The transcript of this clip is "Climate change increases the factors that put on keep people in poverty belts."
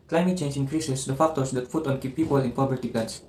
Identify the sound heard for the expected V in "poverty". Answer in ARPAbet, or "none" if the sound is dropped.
B